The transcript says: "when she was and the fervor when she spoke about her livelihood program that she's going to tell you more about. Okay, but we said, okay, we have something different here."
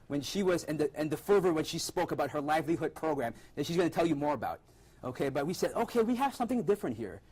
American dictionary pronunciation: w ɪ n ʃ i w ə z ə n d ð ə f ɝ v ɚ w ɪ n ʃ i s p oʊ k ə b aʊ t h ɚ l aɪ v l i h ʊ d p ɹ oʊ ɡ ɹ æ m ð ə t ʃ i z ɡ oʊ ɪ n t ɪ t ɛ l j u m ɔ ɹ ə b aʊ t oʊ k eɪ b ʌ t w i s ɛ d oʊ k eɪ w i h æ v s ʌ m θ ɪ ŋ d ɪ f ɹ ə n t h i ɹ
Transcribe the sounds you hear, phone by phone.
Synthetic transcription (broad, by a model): w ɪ n ʃ i w ə z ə n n ð ə f ɝ v ɚ w ɪ n ʃ i s p oʊ k ə b aʊ t h ɚ l aɪ v l i h ʊ d p ɹ oʊ ɡ ɹ æ m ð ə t ʃ i z ɡ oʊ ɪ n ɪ t ɛ l j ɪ m ɔ ɹ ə b aʊ t oʊ k eɪ b ʌ t w i s ɛ d oʊ k eɪ w i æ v s ʌ m θ ɪ ŋ d ɪ f ɹ ə n t h i ɹ